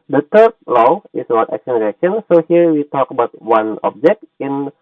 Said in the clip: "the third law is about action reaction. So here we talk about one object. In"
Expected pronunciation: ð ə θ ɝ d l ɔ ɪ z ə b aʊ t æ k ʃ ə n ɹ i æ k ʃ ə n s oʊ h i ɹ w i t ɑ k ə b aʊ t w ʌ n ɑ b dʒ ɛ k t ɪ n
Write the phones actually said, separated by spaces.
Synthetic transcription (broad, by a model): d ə t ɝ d l ɔ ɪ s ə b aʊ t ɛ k s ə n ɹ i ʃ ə n s oʊ h i ɹ w i t ɑ k ə b aʊ t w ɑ n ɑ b dʒ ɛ k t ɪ n